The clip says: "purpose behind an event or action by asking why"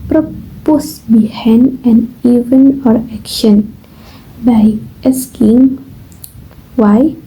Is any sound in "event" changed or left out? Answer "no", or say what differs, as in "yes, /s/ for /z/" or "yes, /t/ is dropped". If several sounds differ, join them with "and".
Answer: yes, /t/ is dropped